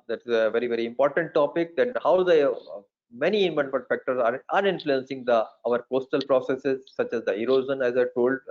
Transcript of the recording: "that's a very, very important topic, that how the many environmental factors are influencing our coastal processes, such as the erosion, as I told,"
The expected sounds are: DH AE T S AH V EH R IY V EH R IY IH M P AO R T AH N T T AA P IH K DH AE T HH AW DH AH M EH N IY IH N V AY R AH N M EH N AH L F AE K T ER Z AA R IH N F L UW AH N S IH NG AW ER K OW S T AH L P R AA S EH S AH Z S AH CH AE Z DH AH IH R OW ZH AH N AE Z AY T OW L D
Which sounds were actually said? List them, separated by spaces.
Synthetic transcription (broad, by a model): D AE T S AH V EH R IY V EH R IY IH M P AO R T AH N T T AA P IH K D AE T HH AW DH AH M EH N IY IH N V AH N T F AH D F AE K T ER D AA R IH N F L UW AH N S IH NG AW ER K OW S T AH L P R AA S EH S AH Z S AH CH AE Z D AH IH R OW Z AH N AE Z AY T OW L D